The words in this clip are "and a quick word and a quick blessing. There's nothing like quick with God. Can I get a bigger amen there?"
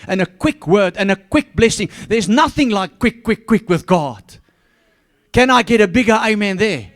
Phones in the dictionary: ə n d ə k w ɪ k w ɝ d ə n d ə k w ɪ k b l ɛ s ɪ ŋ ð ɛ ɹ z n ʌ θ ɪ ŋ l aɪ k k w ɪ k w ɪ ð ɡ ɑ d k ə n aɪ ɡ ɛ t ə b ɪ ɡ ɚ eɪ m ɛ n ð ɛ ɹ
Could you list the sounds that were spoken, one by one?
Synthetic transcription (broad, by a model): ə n ə k w ɪ k w ɝ d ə n ə k w ɪ k b l ɛ s ɪ ŋ ð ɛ ɹ z n ʌ θ ɪ ŋ l aɪ k k w ɪ k w ɪ ð ɡ ɑ d k ə n aɪ ɡ ɛ t ə b ɪ ɡ ɚ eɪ m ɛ n ð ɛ ɹ